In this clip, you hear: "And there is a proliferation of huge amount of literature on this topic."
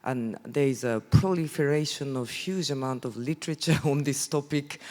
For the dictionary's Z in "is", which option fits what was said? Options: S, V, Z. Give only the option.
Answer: Z